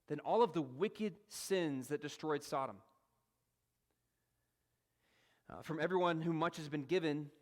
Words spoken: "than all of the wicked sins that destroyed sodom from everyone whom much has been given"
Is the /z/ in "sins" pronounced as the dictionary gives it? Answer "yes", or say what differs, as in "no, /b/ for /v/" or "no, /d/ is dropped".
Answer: yes